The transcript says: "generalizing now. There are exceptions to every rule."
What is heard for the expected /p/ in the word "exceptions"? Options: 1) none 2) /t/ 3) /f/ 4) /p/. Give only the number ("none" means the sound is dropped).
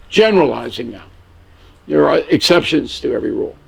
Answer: 4